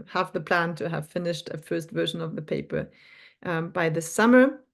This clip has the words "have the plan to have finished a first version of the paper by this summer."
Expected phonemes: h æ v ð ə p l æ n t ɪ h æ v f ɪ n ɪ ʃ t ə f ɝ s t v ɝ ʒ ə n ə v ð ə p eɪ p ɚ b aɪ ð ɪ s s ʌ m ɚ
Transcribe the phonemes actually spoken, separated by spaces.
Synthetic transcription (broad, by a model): h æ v ð ə p l æ n t ɪ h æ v f ɪ n ɪ ʃ t ə f ɝ s t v ɝ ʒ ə n ə v ð ə p eɪ p ɚ b aɪ ð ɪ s s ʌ m ɚ